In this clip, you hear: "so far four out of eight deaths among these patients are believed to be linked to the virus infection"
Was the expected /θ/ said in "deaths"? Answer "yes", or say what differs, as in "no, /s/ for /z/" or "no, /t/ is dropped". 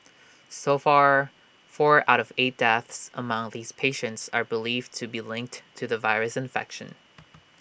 yes